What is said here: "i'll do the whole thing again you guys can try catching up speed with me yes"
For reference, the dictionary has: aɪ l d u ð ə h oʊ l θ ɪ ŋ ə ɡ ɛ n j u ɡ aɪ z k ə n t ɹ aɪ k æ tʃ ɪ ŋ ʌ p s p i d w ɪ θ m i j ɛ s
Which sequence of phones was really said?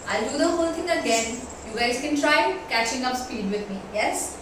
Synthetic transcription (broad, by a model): aɪ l d u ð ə h oʊ l t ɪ ŋ ə ɡ ɛ n j u ɡ aɪ z k ə n t ɹ aɪ k æ tʃ ɪ ŋ ʌ p s p i d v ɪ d m i j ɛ s